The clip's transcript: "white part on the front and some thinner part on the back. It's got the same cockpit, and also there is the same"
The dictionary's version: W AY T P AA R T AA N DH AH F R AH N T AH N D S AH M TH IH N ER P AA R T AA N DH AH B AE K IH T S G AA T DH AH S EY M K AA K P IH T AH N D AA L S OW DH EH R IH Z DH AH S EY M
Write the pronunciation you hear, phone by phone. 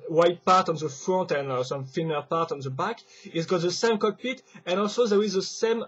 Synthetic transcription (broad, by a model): W AY T P AA R T AA N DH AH F R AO N T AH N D S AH M F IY N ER P AA R T AA N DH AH B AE K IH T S G AA T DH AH S EY M K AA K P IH T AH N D AA L S OW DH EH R IH Z DH AH S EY M